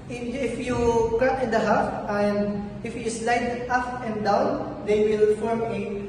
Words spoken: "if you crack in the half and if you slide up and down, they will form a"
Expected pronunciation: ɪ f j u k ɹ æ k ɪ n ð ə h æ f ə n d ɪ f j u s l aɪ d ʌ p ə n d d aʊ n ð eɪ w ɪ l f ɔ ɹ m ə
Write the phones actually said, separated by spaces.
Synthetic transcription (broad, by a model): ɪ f j u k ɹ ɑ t ɪ n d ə h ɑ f ə n d ɪ f j u s l aɪ d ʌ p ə n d d aʊ n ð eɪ w ɪ l f ɔ ɹ m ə